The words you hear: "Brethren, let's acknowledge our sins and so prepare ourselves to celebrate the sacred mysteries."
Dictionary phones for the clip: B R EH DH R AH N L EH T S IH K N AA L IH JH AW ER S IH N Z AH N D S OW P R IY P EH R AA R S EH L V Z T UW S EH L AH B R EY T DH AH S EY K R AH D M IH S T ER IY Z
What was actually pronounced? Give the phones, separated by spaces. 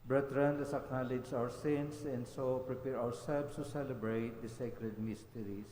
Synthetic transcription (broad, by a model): B R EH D R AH N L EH S IH K N AA L IH JH AW ER S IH N S AH N D S OW P R IY P EH R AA R S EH L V S T UW S EH L AH B R EY T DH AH S EY K R AH D M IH S T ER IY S